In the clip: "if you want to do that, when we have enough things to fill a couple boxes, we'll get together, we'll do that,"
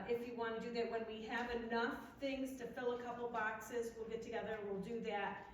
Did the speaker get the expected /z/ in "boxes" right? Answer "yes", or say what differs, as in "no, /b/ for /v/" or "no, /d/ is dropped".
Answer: yes